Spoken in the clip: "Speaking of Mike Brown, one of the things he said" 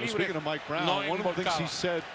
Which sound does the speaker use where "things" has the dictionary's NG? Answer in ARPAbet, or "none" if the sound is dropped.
none